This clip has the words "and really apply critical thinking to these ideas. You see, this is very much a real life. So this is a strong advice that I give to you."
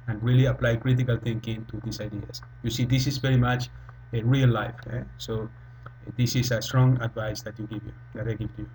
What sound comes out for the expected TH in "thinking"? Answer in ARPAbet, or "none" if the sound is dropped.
T